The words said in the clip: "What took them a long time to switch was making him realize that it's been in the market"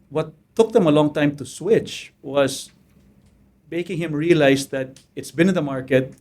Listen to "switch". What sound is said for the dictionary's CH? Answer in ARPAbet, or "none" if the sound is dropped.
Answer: CH